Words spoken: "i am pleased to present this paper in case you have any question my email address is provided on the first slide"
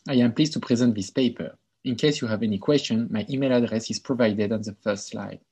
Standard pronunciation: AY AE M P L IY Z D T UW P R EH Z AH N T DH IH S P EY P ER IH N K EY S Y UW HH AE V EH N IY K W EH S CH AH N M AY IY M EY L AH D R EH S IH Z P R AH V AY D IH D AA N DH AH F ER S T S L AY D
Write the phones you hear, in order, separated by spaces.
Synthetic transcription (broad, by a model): AY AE M P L IY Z T UW P R EH Z AH N T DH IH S P EY P ER IH N K EY S Y UW HH AE V EH N IY K W EH S CH AH N M AY IY M EY L AH D R EH S IH Z P R AH V AY D IH D AA N DH AH F ER S T S L AY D